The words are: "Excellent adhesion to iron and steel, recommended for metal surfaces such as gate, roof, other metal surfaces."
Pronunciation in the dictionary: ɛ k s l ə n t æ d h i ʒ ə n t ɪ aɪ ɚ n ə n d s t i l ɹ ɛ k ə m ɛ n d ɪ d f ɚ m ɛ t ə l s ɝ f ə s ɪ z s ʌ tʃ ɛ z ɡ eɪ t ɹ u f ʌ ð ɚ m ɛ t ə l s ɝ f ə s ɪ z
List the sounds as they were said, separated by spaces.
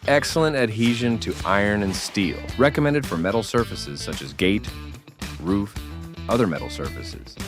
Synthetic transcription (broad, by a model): ɛ k s l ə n t æ d h i ʒ ə n t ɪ aɪ ɚ n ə n s t i l ɹ ɛ k ə m ɛ n d ɪ d f ɚ m ɛ t l s ɝ f ə s ɪ z s ʌ tʃ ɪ z ɡ eɪ t ɹ u f ʌ ð ɚ m ɛ t l s ɝ f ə s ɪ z